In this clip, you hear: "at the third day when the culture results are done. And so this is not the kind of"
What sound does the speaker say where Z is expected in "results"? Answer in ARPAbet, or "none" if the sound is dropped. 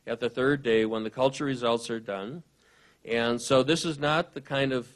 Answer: Z